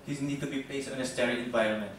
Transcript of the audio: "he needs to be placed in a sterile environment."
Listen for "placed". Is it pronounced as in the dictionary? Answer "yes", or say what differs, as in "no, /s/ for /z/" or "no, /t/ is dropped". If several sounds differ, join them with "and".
no, /l/ is dropped